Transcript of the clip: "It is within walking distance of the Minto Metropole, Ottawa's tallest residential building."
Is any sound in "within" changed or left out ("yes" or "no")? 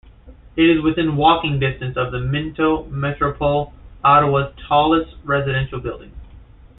no